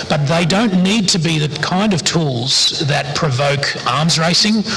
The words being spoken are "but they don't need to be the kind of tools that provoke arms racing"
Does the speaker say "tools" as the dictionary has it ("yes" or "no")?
yes